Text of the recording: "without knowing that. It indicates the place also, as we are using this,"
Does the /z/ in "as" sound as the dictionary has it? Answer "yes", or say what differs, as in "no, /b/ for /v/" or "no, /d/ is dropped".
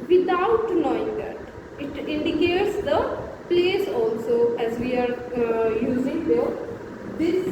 yes